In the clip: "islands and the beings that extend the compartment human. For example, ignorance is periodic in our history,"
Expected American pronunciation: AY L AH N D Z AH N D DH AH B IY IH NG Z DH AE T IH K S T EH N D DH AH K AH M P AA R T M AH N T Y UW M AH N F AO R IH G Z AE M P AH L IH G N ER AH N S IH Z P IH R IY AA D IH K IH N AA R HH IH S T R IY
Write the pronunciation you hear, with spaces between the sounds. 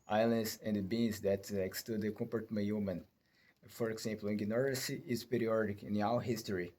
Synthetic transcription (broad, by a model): AY L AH N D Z AH N D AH B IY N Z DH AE T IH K S T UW D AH K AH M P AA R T M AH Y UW M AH N F AO R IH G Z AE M P L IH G N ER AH S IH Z P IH R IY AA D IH K IH N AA W HH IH S T R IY